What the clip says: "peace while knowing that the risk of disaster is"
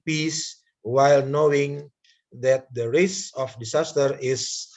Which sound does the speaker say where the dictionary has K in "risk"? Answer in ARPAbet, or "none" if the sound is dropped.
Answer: none